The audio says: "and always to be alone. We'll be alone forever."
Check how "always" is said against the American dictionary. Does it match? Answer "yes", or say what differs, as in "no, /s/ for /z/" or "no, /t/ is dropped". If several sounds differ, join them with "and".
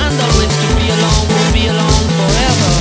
no, /l/ is dropped